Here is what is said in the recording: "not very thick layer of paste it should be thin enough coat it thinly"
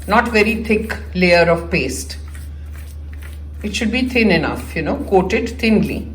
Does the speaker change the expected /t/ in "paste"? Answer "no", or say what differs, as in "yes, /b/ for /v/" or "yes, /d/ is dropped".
no